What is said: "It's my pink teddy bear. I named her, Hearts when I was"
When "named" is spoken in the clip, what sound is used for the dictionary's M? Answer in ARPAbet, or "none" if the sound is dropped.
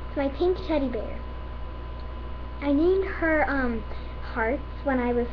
none